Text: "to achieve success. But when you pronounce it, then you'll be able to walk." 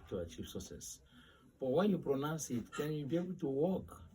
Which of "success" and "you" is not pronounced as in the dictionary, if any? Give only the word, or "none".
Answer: success